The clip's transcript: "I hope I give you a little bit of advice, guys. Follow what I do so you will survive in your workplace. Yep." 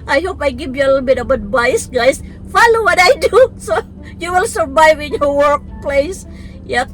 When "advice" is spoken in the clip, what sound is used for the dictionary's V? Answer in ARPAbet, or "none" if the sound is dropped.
B